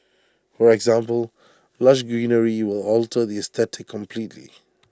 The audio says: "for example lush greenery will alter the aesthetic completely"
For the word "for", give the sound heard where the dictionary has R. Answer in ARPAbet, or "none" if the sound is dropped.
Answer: R